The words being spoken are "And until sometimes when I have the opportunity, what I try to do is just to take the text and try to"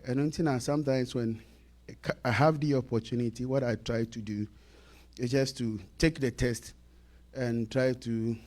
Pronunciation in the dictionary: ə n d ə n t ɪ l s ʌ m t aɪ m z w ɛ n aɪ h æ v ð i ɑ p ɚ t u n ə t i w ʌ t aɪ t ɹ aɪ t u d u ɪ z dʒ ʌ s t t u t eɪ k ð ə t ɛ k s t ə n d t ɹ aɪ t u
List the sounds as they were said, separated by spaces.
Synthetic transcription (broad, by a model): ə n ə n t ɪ n s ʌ m t aɪ m s w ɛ n aɪ h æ v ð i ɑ p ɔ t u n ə t i w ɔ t aɪ t ɹ aɪ t u d u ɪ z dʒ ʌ s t t u t eɪ k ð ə t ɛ s t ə n t ɹ aɪ t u